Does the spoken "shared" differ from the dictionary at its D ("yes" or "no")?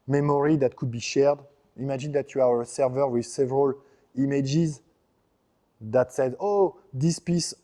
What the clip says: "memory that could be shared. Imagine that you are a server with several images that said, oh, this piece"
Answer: no